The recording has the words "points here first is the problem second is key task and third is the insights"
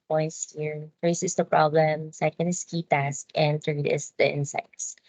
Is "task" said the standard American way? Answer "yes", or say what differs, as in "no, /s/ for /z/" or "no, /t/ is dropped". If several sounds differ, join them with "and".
yes